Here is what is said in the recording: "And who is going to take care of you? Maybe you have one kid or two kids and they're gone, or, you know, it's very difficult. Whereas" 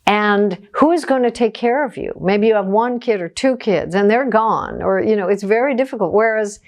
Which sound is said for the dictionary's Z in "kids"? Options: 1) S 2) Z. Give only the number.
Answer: 2